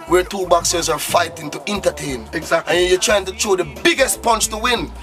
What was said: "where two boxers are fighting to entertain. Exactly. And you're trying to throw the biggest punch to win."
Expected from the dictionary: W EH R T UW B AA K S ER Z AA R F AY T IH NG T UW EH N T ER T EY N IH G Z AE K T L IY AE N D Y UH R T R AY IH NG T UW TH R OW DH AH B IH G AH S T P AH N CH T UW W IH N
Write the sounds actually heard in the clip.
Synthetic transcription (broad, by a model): W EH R T UW B AA K S ER Z AA R F AY T IH NG T UW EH N T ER T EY IH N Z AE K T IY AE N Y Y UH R T R AY IH NG T UW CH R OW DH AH B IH G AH S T P AH N CH T UW W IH N